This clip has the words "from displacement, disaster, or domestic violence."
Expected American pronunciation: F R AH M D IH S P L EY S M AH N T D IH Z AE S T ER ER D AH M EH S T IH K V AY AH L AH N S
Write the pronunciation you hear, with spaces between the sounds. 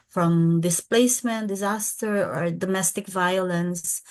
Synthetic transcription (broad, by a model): F R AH M D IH S P L EY S M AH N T D IH Z AE S T ER ER D AH M EH S T IH K V AY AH L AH N S